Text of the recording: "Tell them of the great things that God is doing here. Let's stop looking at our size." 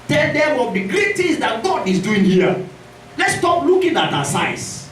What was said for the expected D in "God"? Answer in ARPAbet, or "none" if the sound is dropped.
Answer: D